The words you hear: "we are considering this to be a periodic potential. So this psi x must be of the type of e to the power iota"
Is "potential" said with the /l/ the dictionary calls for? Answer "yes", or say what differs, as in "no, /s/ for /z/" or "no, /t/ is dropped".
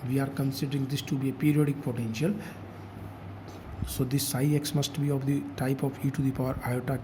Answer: yes